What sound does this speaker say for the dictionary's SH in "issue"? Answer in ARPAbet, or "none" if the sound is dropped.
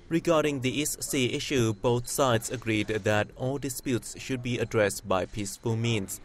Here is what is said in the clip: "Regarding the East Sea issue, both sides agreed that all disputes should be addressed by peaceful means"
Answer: SH